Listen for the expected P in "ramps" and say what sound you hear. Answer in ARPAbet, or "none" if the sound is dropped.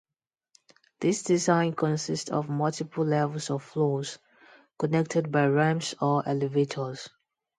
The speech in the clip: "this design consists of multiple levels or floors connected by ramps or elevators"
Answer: none